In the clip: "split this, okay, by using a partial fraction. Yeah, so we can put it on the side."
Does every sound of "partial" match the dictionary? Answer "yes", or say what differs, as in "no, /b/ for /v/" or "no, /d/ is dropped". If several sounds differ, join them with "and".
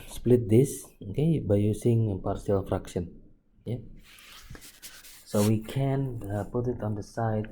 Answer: no, /s/ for /ʃ/